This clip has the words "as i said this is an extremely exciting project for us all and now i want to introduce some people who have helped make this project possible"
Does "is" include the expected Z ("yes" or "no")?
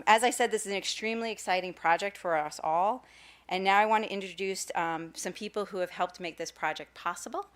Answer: yes